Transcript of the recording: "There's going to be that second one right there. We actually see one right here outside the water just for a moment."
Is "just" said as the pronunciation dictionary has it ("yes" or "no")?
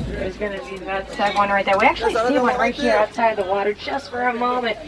no